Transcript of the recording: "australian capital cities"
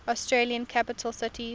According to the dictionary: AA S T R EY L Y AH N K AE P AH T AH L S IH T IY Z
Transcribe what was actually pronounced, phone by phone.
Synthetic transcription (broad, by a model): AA S T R EY L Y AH N K AE P AH T AH L S IH T IY